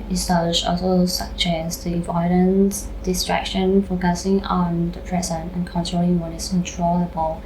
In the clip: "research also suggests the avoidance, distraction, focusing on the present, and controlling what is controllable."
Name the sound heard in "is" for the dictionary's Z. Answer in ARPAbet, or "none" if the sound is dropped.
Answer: S